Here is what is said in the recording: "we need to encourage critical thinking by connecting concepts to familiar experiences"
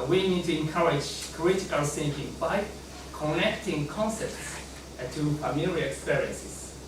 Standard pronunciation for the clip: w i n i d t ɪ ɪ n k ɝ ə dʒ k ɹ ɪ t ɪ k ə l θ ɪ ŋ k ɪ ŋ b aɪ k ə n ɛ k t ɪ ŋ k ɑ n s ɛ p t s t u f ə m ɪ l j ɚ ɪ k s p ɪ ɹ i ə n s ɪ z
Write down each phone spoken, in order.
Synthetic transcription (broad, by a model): w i n i d t ɪ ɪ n k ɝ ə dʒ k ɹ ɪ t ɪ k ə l s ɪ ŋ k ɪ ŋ b aɪ k ə n ɛ k t ɪ ŋ k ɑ n s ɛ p t s t u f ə m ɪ l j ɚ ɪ k s p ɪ ɹ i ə n s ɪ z